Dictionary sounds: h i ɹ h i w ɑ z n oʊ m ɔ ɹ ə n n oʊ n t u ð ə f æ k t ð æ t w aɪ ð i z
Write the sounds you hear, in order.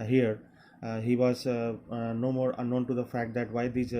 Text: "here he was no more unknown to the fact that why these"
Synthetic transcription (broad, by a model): h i ɹ h i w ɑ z n oʊ m ɔ ɹ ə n n oʊ n t u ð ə f æ k t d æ t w aɪ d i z